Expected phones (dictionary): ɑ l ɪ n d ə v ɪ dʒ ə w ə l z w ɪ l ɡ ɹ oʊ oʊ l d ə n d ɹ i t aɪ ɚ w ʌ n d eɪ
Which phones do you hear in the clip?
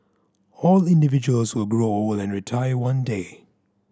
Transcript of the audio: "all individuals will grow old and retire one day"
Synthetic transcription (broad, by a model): ɑ l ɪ n d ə v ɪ dʒ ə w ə l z w ɪ l ɡ ɹ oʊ oʊ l ə n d ɹ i t aɪ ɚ w ʌ n d eɪ